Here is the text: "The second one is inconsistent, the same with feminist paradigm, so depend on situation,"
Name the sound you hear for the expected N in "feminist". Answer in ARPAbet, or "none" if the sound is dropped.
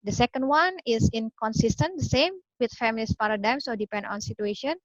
L